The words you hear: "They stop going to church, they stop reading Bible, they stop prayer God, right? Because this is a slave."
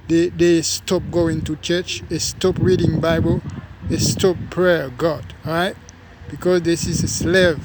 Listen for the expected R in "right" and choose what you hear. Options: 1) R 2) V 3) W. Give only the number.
1